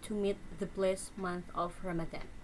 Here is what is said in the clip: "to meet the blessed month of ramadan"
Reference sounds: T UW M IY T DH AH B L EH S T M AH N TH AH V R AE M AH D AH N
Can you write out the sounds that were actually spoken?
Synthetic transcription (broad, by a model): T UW M IY T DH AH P L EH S M AH N TH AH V R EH M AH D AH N